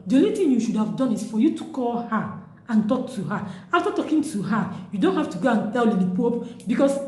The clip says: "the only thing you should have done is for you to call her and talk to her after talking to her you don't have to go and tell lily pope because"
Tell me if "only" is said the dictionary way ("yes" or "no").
no